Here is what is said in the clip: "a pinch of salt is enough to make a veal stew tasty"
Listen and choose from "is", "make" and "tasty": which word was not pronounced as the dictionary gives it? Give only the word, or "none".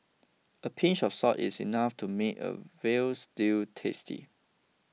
is